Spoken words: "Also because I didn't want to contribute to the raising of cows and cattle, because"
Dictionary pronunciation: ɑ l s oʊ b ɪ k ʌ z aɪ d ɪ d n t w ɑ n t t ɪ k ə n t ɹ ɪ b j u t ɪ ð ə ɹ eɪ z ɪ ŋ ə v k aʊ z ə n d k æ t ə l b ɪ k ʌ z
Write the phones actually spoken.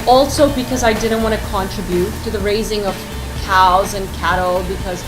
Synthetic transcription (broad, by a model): ɑ l s oʊ b ɪ k ʌ z aɪ d ɪ d n t w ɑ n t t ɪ k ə n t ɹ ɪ b j u t ɪ ð ə ɹ eɪ z ɪ ŋ ə v k aʊ z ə n k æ t l b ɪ k ʌ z